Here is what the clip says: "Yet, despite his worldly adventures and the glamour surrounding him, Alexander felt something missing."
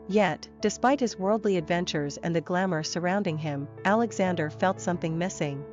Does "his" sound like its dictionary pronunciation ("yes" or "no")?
yes